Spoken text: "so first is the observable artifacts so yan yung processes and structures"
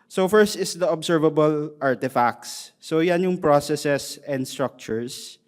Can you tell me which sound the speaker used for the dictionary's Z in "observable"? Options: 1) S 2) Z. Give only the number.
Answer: 1